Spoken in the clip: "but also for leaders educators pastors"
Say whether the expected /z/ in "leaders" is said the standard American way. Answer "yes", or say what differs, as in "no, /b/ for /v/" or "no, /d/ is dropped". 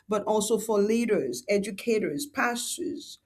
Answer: yes